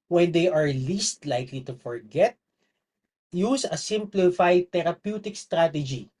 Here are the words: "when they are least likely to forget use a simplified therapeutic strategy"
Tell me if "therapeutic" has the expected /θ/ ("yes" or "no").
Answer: no